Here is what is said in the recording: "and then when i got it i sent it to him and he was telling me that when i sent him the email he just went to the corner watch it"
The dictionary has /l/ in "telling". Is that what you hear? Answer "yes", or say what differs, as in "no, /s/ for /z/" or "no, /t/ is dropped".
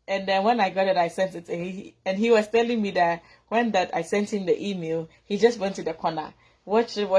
yes